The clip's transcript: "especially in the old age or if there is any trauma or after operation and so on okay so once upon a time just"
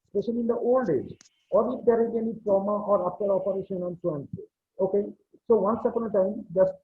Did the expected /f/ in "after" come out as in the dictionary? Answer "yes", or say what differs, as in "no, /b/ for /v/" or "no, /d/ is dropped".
no, /p/ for /f/